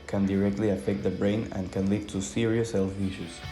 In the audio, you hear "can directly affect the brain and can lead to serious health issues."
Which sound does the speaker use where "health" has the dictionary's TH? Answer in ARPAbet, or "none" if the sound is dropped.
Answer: F